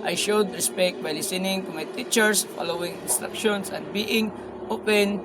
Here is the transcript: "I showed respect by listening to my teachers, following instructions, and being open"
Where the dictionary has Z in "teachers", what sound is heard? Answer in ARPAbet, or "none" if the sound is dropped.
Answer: S